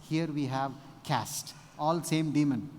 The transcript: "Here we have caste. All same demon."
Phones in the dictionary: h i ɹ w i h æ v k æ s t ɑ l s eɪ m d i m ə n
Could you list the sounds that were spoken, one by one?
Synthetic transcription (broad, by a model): h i ɹ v i h æ v k æ s t ɑ l s eɪ m d i m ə n